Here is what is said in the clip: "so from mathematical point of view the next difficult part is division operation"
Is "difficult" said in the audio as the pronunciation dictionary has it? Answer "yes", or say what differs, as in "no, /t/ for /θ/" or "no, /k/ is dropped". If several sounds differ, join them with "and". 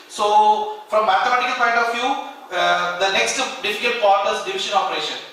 no, /l/ is dropped